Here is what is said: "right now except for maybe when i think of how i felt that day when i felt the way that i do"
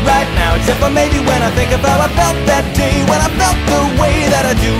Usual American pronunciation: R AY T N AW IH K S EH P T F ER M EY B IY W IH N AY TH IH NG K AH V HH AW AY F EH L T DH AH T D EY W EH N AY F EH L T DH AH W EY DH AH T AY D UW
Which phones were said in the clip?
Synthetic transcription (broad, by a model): R AY T N AW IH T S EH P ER M EY B IY W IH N AY TH IH NG K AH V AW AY F EH L T DH AH T D EY W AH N AY F EH L T DH AH W EY DH AH T AY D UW